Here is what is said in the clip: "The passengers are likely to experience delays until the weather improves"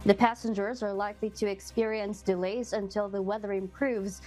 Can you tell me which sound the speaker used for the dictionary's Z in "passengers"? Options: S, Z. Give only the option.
Z